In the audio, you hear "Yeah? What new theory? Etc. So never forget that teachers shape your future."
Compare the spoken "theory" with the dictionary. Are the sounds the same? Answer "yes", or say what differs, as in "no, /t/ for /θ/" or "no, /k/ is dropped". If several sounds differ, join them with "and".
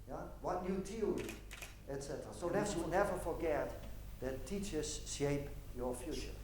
no, /t/ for /θ/ and /l/ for /ɹ/